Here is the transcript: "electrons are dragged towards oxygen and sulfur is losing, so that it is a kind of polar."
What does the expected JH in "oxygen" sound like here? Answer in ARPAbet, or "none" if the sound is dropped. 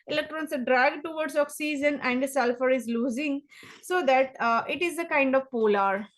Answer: Z